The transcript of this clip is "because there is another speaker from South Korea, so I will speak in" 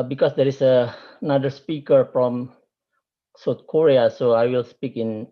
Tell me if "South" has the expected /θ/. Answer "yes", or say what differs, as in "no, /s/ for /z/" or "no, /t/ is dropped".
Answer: no, /t/ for /θ/